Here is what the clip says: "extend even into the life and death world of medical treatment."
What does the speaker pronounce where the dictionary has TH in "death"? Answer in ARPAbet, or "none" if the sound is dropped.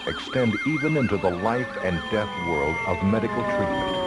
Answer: TH